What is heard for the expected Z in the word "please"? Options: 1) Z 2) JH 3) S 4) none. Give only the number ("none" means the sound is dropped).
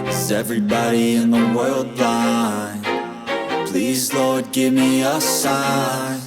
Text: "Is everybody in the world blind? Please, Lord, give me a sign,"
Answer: 1